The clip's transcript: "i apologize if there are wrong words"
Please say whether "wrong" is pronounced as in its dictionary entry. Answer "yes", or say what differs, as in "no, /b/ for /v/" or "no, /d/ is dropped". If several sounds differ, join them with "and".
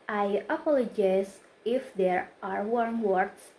no, /w/ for /ɹ/